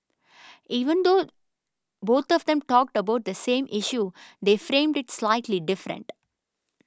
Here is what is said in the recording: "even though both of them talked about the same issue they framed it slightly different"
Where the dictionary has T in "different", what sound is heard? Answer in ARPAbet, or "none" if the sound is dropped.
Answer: T